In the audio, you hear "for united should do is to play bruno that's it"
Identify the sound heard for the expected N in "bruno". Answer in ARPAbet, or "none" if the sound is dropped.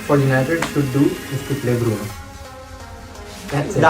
none